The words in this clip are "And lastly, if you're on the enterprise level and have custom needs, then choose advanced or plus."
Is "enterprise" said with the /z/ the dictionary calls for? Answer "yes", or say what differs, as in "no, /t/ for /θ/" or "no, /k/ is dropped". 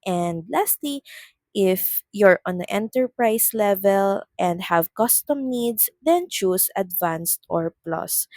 no, /s/ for /z/